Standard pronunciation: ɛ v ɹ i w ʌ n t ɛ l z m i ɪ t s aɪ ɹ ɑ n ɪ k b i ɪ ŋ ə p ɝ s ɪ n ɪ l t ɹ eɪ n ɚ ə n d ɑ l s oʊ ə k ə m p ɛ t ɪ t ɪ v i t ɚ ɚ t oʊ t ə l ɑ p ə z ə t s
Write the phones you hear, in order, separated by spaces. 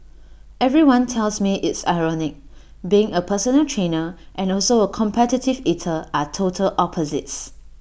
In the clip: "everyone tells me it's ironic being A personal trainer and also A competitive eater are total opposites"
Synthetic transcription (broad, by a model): ɛ v ɹ i w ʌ n t ɛ l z m i ɪ t s aɪ ɹ ɑ n ɪ k b i ɪ ŋ ə p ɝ s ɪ n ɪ l t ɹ eɪ n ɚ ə n ɑ l s oʊ ə k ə m p ɛ t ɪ t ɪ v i t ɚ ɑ t oʊ t ə l ɑ p ə z ə t s